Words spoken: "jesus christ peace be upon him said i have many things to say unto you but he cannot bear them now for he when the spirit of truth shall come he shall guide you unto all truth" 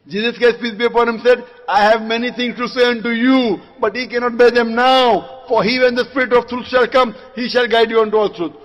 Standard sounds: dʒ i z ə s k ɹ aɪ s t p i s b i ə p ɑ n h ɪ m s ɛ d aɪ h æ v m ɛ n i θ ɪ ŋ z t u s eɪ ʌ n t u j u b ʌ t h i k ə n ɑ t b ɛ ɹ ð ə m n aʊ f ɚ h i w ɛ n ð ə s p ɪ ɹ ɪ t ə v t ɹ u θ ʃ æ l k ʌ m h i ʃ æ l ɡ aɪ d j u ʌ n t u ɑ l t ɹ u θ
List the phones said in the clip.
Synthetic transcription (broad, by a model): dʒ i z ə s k aɪ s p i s b i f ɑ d h ɪ m s ɛ d aɪ h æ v m ɛ n i t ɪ ŋ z t u s eɪ ʌ n t u j u b ʌ t h i k ə n ɑ t b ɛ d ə m n aʊ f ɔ h i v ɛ n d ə s p ɪ ɹ ɪ t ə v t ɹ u t ʃ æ l k ʌ m h i ʃ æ l ɡ aɪ d j u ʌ n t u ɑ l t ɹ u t